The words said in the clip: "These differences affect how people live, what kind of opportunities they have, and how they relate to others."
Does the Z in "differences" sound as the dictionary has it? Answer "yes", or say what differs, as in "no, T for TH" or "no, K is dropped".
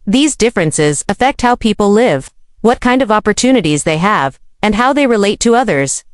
yes